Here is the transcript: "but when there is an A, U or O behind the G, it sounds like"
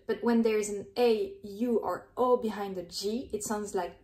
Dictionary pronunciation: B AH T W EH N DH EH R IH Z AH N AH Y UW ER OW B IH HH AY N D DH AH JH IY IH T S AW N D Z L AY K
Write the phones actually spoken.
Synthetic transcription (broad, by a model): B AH T W EH N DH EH R IH Z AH N AH Y UW ER OW B IH HH AY N D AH JH IY IH T S AW N D Z L AY K